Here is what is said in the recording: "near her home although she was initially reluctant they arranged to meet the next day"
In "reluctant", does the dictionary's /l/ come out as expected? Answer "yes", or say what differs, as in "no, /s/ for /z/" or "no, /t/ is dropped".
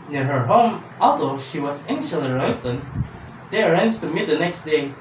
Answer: no, /l/ is dropped